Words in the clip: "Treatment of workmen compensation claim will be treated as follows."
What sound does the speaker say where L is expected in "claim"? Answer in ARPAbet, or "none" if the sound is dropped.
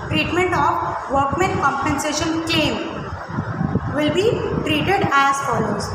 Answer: none